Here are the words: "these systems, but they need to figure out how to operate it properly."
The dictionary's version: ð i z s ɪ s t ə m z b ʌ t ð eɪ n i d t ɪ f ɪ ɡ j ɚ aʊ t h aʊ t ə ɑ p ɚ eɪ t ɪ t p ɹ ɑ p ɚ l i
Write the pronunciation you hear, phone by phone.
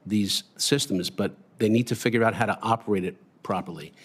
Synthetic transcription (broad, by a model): ð i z s ɪ s t ə m z b ʌ t ð eɪ n i d t ɪ f ɪ ɡ j ɚ aʊ t h aʊ t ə ɑ p ɚ eɪ t ɪ t p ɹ ɑ p ɚ l i